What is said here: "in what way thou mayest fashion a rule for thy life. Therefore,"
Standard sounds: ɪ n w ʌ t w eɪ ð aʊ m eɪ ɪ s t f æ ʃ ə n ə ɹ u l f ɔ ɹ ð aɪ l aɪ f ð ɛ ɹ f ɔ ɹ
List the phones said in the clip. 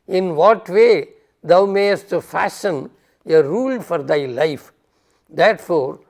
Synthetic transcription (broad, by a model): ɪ n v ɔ t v eɪ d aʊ m eɪ ɪ s t f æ s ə n ə ɹ u l f ɔ ɹ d aɪ l aɪ f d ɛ ɹ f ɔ ɹ